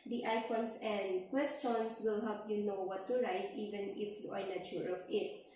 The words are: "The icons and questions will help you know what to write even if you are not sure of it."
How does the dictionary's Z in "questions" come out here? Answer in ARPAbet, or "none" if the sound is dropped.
S